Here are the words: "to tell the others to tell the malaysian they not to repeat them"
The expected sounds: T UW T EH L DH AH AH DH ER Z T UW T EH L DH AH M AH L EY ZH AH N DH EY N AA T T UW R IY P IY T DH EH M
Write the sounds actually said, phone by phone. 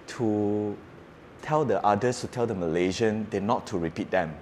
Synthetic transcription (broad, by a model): T UW T EH L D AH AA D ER S T UW T EH L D AH M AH L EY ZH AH N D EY N AA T T UW R IY P IY T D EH M